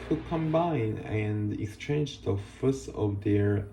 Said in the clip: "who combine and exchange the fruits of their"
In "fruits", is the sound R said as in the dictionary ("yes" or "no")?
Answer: no